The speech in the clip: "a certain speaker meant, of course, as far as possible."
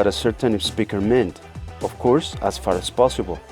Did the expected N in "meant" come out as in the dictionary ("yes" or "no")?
yes